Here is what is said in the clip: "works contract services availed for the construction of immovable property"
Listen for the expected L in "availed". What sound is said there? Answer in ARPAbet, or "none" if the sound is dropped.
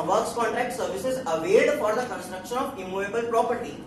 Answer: none